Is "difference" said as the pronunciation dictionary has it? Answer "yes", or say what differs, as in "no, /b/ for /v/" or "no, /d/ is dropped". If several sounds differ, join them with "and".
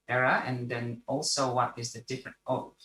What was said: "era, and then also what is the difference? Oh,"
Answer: no, /s/ is dropped